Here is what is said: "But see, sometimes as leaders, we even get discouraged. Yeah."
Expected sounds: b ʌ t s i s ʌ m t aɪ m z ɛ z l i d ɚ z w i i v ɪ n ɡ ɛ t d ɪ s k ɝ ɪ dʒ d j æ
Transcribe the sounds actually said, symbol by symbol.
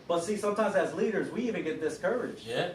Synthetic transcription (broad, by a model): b ʌ t s i s ʌ m t aɪ m z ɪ z l i d ɚ z w i i v ɪ n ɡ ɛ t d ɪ s k ɝ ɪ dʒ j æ